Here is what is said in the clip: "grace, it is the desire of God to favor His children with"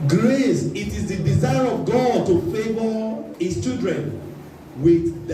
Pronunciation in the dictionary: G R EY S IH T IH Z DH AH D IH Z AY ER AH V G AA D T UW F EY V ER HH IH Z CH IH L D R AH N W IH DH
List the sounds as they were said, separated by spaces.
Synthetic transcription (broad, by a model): G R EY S IH T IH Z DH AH D IH Z AY ER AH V G AA D T UW F EY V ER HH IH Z CH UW D R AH N W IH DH